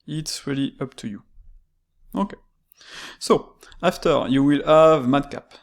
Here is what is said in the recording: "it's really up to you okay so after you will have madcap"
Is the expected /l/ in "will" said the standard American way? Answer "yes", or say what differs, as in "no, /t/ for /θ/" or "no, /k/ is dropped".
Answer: yes